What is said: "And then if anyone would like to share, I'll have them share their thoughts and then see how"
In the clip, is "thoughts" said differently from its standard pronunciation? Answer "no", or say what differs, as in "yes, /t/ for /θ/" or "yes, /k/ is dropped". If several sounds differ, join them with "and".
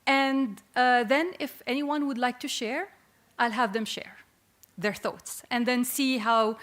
no